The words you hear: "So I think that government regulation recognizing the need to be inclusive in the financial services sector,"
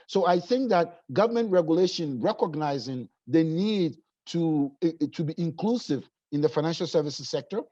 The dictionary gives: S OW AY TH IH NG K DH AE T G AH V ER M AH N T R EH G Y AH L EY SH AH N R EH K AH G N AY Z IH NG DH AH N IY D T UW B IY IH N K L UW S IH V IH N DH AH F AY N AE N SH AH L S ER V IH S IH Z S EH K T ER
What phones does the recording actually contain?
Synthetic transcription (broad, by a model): S OW AY TH IH NG K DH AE T G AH V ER M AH N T R EH G Y AH L EY SH AH N R EH K AH G N AY Z IH NG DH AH N IY D T UW B IY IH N K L UW S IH V IH N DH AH F AY N AE N SH AH L S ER V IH S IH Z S EH K T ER